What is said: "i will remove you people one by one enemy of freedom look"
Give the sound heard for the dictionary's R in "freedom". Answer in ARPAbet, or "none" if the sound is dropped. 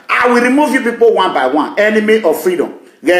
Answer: R